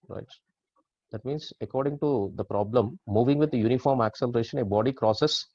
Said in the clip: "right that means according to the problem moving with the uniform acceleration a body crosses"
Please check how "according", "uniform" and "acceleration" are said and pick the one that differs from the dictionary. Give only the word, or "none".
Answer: none